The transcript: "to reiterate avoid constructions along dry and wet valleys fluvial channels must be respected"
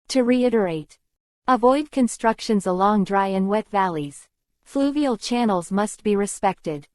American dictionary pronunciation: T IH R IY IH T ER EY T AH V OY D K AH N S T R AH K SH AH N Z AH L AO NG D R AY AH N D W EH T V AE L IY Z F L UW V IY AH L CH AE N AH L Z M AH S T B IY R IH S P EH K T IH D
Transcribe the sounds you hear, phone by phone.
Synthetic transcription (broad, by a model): T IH R IY IH T ER EY T AH V OY D K AH N S T R AH K SH AH N Z AH L AO NG D R AY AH N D W EH T V AE L IY Z F L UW V IY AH L CH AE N L Z M AH S T B IY R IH S P EH K T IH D